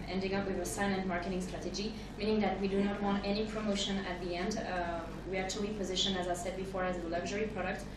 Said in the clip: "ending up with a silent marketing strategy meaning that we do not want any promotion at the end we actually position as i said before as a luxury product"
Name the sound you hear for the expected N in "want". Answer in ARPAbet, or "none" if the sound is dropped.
N